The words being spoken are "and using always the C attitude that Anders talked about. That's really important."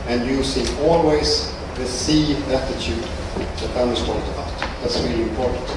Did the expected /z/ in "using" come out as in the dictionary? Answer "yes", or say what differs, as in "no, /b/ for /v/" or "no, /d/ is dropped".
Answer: no, /s/ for /z/